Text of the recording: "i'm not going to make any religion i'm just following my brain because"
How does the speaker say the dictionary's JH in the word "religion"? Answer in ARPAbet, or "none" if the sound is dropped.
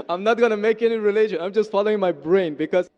SH